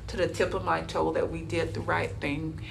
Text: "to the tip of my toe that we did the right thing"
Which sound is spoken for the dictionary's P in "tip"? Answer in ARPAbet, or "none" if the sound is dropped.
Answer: P